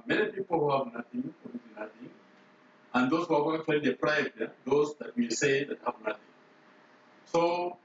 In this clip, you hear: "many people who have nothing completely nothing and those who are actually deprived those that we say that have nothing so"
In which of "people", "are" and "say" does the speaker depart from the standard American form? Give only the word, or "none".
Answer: are